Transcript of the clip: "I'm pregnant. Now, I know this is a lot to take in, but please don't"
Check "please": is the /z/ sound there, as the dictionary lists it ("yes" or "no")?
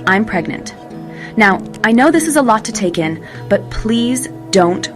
yes